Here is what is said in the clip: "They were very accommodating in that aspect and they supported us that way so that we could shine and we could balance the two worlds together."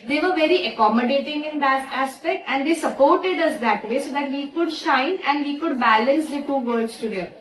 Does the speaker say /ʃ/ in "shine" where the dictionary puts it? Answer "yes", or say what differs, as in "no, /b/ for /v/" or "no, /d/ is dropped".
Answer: yes